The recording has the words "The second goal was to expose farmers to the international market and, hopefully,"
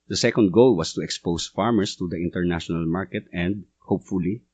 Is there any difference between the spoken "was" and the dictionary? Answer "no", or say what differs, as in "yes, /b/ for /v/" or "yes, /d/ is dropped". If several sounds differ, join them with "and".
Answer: yes, /s/ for /z/